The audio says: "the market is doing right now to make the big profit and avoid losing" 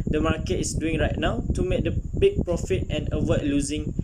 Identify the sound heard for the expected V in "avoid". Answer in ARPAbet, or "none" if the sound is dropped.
W